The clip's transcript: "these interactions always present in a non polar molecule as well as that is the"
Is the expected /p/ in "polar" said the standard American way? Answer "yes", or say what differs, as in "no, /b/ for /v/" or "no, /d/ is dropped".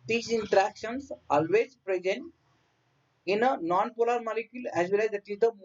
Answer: yes